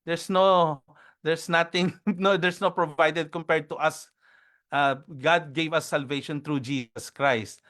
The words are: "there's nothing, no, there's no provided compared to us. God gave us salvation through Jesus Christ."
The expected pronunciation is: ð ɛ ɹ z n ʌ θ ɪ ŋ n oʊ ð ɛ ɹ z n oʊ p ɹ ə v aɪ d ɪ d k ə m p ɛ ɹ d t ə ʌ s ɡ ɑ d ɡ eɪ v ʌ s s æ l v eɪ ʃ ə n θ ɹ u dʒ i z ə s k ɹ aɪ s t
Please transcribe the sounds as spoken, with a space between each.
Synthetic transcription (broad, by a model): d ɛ ɹ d n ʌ t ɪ ŋ n oʊ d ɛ ɹ s n oʊ p ɹ ə v aɪ d ɪ d k ə m p ɛ ɹ d t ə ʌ s ɡ ɑ d ɡ eɪ v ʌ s s æ l v eɪ ʃ ə n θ ɹ u dʒ i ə s k ɹ aɪ s t